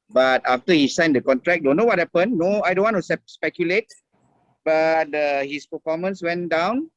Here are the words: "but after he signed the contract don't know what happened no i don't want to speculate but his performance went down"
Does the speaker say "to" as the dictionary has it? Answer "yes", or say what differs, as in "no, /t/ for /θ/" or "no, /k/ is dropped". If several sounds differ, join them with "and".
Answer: no, /s/ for /t/